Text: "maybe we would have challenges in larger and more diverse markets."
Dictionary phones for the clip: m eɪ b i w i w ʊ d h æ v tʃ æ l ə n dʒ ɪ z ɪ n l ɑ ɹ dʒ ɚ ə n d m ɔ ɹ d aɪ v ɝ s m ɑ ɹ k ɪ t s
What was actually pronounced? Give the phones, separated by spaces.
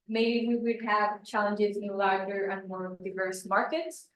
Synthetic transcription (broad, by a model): m eɪ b i w i w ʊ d h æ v tʃ æ l ə n dʒ ɪ z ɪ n l ɑ ɹ dʒ ɚ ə n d m ɔ ɹ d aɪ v ɝ s m ɑ ɹ k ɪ t s